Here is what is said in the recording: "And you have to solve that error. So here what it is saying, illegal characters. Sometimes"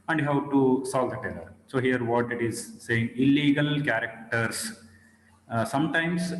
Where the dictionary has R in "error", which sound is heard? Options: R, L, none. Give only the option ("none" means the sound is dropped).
L